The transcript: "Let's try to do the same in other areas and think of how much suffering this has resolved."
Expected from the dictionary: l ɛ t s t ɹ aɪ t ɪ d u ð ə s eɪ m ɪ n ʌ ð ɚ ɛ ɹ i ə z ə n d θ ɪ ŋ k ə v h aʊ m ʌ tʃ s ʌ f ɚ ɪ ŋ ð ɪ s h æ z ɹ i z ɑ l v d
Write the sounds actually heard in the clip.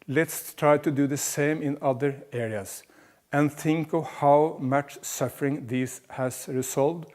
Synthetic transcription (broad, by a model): l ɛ t s t ɹ aɪ t ɪ d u ð ə s eɪ m ɪ n ʌ ð ɚ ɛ ɹ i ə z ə n θ ɪ ŋ k ə v h aʊ m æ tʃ s ʌ f ɚ ɪ ŋ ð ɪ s h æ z ɹ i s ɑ l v d